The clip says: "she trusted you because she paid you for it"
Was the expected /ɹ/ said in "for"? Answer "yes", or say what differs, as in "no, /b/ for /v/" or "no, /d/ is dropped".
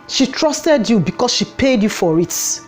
yes